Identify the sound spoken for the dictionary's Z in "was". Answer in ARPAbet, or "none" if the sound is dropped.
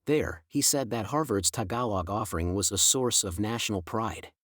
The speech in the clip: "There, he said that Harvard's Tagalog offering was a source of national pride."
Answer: Z